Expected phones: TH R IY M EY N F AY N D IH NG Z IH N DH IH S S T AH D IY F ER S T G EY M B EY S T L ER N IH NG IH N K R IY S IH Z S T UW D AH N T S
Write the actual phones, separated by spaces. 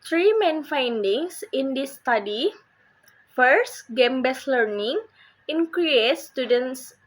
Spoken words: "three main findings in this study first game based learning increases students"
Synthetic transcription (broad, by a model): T R IY M EY N F AY N D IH NG S IH N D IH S S T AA D IY F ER S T G EY M B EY S L ER N IH NG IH N K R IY IH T S T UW D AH N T S